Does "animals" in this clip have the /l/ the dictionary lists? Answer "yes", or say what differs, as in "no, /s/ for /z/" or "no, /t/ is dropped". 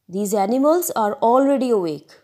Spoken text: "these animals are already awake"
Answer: yes